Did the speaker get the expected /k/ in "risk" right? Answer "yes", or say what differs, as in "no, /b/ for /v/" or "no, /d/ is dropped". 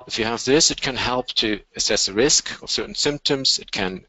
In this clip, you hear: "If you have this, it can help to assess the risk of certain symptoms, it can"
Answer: yes